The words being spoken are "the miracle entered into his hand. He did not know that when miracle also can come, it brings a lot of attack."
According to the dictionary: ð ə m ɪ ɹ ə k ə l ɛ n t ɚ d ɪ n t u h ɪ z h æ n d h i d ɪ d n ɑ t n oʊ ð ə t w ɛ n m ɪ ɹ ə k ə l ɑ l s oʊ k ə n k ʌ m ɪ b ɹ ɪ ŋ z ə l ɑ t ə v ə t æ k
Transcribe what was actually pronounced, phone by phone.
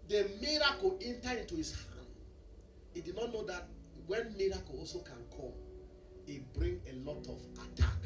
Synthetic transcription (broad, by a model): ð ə m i ɹ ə k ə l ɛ n t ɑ ɪ n t u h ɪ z h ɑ n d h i d ɪ d n ɑ t n oʊ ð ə t w ɛ n m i ɹ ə k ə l ɑ l s oʊ k ə n k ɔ m ɪ b ɹ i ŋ ə l ɑ t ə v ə t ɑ k